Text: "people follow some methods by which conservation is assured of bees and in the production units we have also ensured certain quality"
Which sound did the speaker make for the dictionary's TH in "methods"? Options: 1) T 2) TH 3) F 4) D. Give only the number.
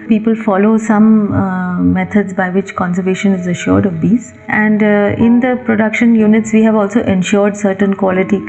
1